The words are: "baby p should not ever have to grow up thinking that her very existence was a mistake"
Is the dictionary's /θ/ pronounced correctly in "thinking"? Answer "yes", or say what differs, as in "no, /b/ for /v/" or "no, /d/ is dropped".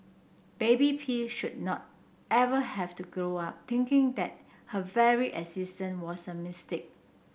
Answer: no, /t/ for /θ/